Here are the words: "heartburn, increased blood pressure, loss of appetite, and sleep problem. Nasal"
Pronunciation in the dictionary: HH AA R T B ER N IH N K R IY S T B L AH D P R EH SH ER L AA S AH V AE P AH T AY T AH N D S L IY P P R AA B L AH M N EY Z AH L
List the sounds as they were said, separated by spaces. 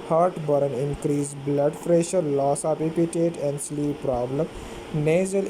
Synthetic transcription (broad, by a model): HH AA R T B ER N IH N K R IY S B L AH D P R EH SH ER L AA S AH P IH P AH T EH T AH N D S L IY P P R AA B L AH M N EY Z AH L